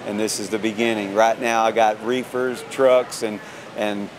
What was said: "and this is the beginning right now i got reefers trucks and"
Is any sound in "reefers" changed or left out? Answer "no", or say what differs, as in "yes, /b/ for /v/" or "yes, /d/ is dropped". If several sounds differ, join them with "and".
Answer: no